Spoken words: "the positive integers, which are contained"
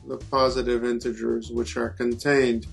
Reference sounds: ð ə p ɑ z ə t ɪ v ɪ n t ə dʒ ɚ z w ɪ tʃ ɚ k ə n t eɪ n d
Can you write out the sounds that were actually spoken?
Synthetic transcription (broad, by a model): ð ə p ɑ z ə t ɪ v ɪ n t ə dʒ ɚ z w ɪ tʃ ɚ k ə n t eɪ n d